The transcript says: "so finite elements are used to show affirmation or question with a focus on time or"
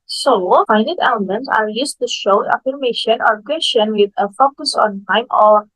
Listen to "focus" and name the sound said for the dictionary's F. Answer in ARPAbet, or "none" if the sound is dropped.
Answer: F